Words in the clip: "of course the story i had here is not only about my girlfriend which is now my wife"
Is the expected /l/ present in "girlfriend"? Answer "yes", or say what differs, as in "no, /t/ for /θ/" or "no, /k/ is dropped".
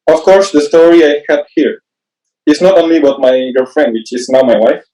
no, /l/ is dropped